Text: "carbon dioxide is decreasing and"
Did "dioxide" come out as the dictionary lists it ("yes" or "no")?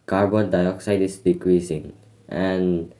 yes